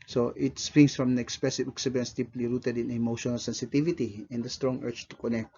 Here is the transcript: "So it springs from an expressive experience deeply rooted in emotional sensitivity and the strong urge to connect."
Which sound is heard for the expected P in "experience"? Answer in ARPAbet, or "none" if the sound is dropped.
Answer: none